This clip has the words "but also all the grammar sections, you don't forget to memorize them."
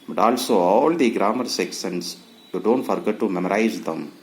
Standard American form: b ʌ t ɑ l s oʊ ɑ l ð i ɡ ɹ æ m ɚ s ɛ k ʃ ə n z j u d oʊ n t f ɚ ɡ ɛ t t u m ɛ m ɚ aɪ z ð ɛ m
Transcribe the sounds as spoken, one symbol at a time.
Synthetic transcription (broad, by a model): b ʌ t ɑ l s oʊ ɑ l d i ɡ ɹ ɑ m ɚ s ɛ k s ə n s j u d oʊ n t f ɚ ɡ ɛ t t u m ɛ m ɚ aɪ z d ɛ m